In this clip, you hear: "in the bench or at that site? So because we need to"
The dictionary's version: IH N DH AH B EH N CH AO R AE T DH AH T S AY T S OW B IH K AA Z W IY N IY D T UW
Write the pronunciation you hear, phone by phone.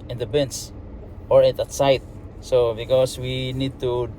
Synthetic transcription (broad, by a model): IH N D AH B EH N S AO R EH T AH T S AY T S OW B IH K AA S W IY N IY D T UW